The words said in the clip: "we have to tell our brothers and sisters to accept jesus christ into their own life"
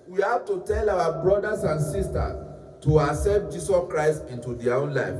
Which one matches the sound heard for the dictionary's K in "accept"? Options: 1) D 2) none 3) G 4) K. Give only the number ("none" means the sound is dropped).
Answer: 2